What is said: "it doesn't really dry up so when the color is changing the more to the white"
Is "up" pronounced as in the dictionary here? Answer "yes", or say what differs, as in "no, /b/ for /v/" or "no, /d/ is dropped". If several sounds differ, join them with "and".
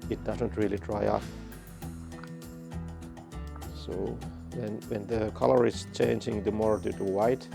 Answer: no, /f/ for /p/